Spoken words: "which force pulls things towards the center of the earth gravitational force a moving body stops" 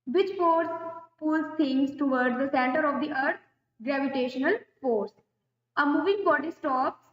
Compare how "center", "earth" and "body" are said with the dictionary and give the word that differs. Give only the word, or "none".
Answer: earth